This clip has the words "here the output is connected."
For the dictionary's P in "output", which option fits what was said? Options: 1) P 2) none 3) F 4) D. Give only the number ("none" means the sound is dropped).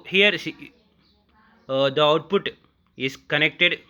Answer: 1